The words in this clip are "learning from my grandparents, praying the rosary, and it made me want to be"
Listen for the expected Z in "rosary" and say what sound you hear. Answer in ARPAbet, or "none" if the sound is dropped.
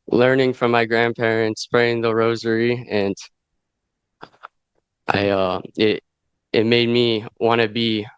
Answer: Z